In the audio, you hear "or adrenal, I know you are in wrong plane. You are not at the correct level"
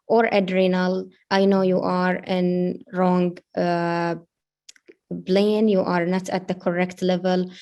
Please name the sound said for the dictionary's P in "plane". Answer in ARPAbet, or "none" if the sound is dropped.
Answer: B